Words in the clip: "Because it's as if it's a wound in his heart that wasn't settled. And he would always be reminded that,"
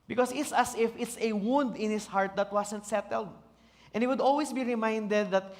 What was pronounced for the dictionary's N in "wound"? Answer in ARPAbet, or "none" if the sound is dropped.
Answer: N